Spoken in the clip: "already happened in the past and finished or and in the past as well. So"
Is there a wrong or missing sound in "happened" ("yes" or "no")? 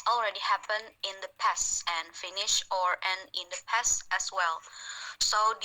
yes